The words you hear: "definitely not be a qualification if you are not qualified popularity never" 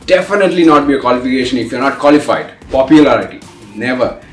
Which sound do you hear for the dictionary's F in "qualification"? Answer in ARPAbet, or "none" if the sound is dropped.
F